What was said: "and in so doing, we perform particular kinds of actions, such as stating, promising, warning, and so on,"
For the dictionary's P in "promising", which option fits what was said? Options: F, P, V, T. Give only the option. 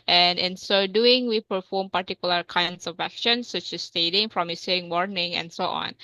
F